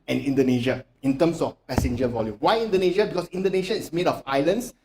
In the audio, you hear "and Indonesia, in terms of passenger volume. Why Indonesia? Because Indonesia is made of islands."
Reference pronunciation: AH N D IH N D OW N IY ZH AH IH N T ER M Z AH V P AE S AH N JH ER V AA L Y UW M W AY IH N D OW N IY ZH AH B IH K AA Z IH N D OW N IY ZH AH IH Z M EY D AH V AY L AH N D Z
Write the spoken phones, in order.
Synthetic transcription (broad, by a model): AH N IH N D OW N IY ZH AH IH N T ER M S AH F P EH S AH N JH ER V AA L Y UW M W AY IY N D OW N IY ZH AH B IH K AA S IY N D OW N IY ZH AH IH S M EY D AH F AY L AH N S